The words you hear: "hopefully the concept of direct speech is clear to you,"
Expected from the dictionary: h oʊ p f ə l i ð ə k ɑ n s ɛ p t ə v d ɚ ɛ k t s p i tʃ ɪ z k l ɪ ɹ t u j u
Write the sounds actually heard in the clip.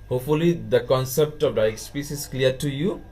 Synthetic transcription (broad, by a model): h oʊ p f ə l i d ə k ɑ n s ɛ p t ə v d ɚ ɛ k s p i s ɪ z k l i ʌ t u j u